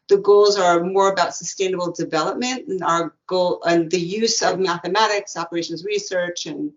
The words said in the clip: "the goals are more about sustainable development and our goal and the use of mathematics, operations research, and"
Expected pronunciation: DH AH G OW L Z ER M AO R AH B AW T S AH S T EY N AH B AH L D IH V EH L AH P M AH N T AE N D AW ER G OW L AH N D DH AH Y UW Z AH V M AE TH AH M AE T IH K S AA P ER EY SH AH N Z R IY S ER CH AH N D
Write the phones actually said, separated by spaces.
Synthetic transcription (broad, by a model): DH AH G OW L Z ER M AO R AH B AW T S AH S T EY N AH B L D IH V EH L AH P M AH N T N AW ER G OW L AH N DH AH Y UW Z AH V M AE TH AH M AE T IH K S AA P ER EY SH N Z R IY S ER CH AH N